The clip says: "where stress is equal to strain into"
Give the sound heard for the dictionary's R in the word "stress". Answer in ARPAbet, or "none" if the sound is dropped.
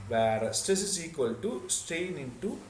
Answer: R